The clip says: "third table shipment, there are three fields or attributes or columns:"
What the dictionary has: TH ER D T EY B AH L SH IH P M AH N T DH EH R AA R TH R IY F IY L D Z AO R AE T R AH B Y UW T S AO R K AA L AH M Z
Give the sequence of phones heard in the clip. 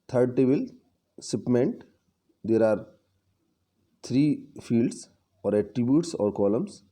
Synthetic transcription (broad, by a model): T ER D T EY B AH L S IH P M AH N T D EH R AA R T R IY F IY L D S AO R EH T R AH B Y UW T S AO R K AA L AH M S